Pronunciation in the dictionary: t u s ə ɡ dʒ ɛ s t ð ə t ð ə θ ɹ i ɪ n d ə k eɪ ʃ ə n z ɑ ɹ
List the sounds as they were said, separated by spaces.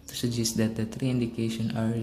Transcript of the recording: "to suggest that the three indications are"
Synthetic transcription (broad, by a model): t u s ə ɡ dʒ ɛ s t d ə t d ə t ɹ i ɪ n d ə k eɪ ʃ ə n ɑ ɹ